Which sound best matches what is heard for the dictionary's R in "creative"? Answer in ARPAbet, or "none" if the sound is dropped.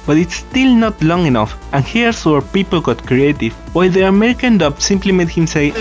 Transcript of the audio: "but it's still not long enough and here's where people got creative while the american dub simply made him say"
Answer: R